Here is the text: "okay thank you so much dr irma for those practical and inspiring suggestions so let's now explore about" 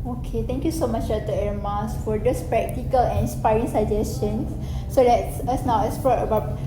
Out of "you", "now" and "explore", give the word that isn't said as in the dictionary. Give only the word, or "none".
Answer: explore